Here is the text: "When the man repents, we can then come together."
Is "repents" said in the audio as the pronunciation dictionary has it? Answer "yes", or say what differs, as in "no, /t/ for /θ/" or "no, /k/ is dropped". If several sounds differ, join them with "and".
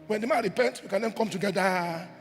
no, /s/ is dropped